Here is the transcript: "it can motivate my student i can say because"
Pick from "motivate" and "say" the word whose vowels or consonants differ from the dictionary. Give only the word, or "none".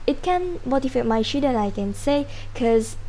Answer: motivate